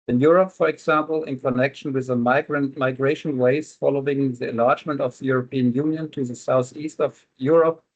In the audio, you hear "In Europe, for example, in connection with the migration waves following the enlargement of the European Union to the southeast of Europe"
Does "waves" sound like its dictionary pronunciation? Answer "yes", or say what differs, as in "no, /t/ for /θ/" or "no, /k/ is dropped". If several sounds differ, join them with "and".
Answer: no, /v/ is dropped